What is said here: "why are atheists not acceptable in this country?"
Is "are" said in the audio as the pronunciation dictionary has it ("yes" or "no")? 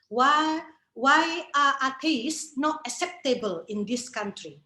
no